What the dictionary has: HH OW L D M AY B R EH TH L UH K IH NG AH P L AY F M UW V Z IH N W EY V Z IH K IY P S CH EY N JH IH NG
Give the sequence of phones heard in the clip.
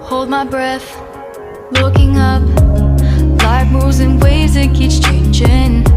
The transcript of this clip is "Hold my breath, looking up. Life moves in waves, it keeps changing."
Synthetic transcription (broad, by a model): HH OW L D M AY B R EH TH L UH K IH NG AH P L AY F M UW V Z IH N W EY Z IH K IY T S CH EY N JH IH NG